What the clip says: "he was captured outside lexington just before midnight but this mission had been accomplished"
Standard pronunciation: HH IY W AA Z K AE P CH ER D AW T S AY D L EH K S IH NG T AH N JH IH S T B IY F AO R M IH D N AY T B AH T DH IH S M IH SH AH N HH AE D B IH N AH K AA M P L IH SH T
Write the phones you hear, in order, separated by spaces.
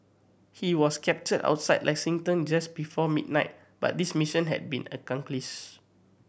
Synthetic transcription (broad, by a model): HH IY W AA S K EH P CH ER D AW T S AY D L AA K S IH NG T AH N JH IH S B IY F AO M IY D N AY T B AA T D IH S M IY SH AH N HH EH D B IH N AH K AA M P L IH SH